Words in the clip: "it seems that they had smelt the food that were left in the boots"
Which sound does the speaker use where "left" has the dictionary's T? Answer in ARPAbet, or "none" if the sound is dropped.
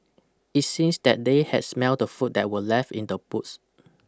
none